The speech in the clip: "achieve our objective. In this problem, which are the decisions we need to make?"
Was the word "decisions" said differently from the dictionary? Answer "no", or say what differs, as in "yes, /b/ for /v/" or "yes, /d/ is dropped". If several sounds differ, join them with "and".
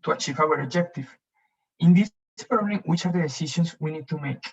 yes, /ʃ/ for /ʒ/